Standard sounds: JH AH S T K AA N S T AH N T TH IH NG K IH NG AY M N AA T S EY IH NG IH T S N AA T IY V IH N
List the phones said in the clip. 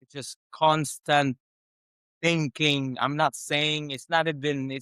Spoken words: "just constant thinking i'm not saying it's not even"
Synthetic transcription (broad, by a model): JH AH S K AA N S T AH N TH IH NG K IH NG AY M N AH T S EY IH NG IH T S N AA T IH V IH N